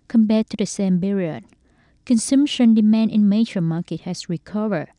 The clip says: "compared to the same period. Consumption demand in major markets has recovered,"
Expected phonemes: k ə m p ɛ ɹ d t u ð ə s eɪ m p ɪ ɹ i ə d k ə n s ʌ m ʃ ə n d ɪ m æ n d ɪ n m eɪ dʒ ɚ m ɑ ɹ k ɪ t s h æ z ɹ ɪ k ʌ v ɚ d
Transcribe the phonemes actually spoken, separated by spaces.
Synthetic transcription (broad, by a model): k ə m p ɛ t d t u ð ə s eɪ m b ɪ ɹ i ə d k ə n s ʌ m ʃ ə n d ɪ m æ n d ɪ n m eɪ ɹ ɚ m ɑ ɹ k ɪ t h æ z ɹ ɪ k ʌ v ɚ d